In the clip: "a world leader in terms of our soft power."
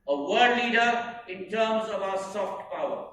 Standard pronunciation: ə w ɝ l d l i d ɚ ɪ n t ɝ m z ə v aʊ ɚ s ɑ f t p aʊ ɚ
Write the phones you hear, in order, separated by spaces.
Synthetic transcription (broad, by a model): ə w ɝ d l i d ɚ ɪ n t ɝ m z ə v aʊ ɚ s ɑ f t p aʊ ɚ